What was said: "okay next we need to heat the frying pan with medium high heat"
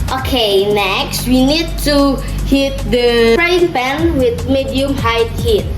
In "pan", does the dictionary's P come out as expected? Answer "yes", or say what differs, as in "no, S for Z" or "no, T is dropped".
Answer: no, B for P